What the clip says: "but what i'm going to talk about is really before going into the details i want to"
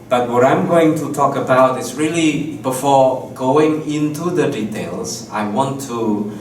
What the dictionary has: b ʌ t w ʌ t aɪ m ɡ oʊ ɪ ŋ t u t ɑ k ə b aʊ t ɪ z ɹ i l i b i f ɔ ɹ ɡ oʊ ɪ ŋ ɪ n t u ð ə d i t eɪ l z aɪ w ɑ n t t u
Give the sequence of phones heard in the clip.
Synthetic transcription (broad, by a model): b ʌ t w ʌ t aɪ m ɡ oʊ ɪ ŋ t u t ɑ k ə b aʊ t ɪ s ɹ i l i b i f ɔ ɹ ɡ oʊ ɪ ŋ ɪ n t u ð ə d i t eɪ l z aɪ w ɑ n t t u